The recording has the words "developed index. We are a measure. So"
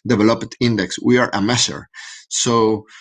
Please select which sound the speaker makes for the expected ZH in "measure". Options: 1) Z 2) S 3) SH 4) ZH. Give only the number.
2